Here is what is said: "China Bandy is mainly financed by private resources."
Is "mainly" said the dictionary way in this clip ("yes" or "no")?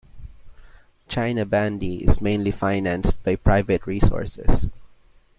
yes